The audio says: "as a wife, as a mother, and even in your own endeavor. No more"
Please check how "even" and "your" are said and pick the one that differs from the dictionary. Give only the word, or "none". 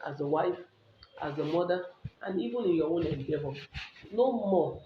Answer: your